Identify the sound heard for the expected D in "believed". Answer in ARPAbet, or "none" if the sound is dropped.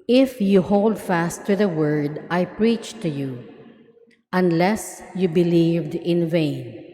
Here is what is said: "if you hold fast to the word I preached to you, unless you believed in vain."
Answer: D